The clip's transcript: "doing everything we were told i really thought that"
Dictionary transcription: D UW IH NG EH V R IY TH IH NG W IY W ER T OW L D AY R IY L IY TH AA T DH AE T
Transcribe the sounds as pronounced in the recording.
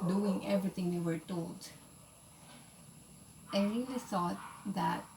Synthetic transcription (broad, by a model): D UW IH NG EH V R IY T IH NG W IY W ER T OW L D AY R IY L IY S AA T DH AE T